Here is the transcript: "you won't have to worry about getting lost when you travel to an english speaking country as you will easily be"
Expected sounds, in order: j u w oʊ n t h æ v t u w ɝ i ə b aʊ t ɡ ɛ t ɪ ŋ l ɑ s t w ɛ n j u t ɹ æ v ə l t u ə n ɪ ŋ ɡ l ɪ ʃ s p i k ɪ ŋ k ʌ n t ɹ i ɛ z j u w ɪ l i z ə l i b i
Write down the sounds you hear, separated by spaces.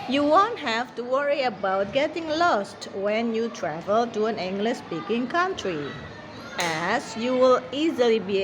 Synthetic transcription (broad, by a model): j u w oʊ n t h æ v t u w ɝ i ə b aʊ t ɡ ɛ t ɪ ŋ l ɑ s t w ɛ n j u t ɹ æ v ə l t u ə n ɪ ŋ ɡ l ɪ s s p i k ɪ ŋ k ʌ n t ɹ i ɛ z j u w ɪ l i z ə l i b i